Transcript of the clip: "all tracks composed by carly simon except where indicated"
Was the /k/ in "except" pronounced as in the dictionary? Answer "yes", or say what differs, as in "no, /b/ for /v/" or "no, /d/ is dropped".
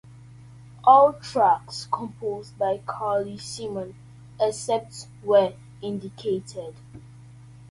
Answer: no, /k/ is dropped